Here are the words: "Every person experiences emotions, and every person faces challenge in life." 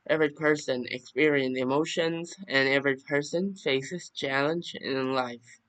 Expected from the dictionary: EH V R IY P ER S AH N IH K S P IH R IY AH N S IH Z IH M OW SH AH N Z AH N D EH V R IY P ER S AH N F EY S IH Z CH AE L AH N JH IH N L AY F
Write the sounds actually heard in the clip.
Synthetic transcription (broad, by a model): EH V R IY P ER S AH N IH K S P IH R IY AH N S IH IH M OW SH AH N Z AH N EH V R IY P ER S AH N F EY S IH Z CH AE L AH N JH IH N L AY F